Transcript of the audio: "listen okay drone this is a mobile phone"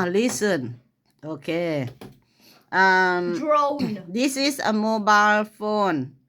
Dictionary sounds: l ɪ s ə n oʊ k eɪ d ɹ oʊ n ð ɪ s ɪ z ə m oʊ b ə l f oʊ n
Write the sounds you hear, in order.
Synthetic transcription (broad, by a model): l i s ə n oʊ k eɪ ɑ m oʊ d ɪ s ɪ s ə m oʊ b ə l f oʊ n